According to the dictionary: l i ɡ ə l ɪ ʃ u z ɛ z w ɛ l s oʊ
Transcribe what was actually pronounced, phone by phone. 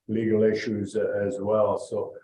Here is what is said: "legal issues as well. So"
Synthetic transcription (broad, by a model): l i ɡ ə l ɪ ʃ u z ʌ z w ɛ l s oʊ